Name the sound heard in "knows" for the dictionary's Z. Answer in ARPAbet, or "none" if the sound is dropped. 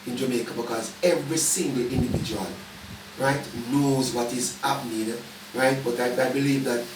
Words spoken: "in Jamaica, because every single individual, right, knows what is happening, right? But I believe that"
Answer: Z